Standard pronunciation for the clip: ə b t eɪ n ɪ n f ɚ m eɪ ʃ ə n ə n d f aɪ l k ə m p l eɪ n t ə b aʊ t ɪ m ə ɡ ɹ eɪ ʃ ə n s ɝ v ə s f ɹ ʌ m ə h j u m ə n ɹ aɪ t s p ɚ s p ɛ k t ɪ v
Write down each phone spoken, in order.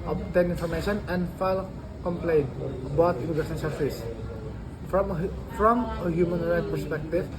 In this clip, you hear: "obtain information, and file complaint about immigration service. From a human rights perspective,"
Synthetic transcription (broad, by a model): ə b t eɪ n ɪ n f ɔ m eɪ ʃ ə n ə n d f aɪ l k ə m p l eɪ n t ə b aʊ t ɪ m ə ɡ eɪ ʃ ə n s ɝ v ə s f ɹ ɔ m ə h j u m ə n ɹ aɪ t p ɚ s p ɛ k t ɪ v